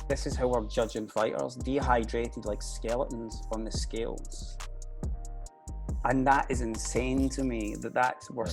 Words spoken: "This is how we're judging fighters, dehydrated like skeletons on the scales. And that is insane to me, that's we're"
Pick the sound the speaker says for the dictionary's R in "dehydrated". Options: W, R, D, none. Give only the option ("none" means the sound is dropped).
R